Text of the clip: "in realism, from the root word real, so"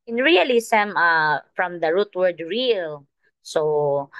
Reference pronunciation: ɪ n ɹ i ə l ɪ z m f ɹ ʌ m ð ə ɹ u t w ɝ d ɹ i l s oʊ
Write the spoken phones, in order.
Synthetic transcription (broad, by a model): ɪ n ɹ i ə l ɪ s m f ɹ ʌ m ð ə ɹ u t w ɝ d ɹ i l s oʊ